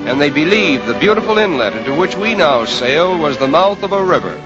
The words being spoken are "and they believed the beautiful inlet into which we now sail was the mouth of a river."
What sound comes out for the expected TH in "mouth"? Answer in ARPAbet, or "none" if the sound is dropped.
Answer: TH